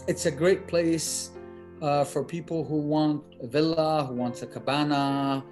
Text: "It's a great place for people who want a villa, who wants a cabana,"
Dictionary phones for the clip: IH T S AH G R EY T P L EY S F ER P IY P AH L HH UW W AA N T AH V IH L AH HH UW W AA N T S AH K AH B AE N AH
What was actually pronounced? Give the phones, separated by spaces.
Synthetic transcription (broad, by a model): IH T S AH G R EY T P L EY S F ER P IY P L HH UW W AA N T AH V IH L AH HH UW W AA N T AH K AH B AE N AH